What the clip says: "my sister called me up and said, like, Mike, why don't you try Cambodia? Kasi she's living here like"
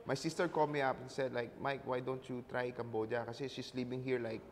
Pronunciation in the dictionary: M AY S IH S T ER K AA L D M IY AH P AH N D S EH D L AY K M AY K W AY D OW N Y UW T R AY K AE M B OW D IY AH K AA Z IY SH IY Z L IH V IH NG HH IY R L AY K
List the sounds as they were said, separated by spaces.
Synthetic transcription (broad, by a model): M AY S IH S T ER K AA L M IY AH P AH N S EH D L AY K M AY K W AY D OW N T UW T R AY K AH M B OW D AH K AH S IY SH IY S L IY P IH NG HH IY R L AY K